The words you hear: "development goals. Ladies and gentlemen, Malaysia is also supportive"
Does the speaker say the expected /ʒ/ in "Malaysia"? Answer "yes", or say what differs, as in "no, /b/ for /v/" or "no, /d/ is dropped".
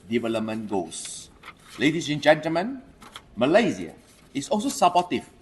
no, /z/ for /ʒ/